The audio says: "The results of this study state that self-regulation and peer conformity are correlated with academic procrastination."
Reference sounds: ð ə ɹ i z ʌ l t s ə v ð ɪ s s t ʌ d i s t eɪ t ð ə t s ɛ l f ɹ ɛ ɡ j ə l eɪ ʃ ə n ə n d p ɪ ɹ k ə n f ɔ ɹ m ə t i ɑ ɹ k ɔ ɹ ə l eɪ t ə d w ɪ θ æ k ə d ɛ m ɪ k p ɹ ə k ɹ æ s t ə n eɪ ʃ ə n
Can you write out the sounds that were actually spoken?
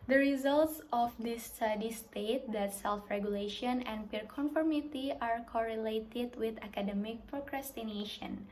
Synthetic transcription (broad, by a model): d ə ɹ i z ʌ l t s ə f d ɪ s s t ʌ d i s t eɪ t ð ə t s ɛ l f ɹ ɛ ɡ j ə l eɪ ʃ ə n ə n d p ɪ ɹ k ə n f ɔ ɹ m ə t i ɑ ɹ k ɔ ɹ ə l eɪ t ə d w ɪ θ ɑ k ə d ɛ m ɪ k p ɹ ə k ɹ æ s t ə n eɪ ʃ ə n